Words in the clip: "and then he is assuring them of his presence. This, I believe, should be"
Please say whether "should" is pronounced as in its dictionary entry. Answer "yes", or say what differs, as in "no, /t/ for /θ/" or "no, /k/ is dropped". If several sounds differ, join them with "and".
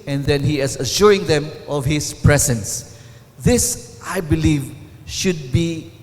yes